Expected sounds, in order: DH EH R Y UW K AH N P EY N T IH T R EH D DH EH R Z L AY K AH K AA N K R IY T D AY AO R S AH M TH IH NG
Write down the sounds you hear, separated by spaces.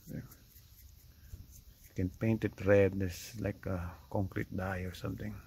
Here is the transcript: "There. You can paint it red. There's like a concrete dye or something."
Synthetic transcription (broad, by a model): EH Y K AH N P EY N T IH T R EH D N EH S L AY K AH K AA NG K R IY T D AY AO R S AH M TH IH NG